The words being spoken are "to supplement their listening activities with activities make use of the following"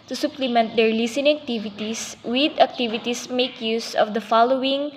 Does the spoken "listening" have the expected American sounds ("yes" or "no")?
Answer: no